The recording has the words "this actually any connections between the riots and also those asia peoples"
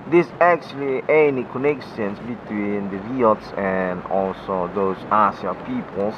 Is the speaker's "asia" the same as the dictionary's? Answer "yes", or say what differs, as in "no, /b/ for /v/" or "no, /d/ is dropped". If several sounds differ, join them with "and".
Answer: no, /s/ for /ʒ/